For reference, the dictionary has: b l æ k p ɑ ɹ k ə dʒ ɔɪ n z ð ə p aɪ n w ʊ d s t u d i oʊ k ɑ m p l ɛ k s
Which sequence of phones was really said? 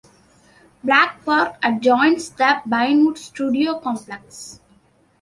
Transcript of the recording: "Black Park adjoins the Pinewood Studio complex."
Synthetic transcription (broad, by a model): b l æ k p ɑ ɹ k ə dʒ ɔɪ n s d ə b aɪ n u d s t u d i oʊ k ɑ m p l ɛ k s